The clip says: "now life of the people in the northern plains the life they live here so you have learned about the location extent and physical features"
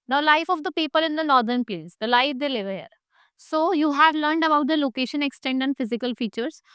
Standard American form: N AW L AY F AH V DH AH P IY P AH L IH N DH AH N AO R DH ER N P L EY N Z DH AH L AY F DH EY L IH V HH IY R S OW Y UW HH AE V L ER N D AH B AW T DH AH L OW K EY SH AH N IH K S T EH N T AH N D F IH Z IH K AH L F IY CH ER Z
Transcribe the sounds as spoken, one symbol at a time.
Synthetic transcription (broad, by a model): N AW L AY F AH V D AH P IY P AH L IH N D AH N AO R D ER N P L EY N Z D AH L AY F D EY L IH V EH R S OW Y UW HH AE V L ER N D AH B AW T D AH L OW K EY SH AH N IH K S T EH N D AH N D F IH Z IH K AH L F IY CH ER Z